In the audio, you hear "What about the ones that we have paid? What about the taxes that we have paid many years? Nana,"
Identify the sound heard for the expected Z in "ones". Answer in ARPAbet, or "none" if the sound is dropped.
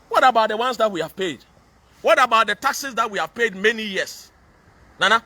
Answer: S